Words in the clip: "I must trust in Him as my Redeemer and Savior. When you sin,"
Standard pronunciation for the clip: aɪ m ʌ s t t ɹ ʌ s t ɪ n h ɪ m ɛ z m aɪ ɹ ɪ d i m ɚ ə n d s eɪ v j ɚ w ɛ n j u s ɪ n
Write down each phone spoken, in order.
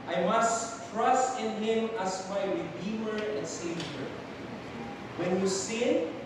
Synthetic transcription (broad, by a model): aɪ m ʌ s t t ɹ ʌ s t ɪ n h ɪ m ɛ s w aɪ w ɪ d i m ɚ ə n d s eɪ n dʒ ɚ w ɛ n j u s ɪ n